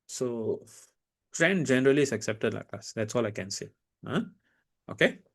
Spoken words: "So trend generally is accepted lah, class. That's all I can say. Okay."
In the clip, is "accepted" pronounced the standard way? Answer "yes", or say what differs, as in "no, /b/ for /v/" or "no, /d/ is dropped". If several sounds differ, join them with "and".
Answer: yes